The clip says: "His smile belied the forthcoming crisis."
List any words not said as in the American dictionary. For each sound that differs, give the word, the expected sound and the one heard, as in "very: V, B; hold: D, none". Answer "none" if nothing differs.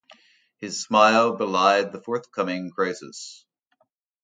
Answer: none